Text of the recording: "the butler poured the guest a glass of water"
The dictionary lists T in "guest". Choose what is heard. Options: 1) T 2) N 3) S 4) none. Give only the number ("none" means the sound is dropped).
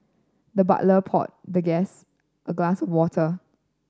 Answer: 1